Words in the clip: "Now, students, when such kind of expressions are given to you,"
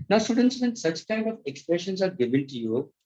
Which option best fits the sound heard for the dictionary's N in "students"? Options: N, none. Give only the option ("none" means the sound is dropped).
N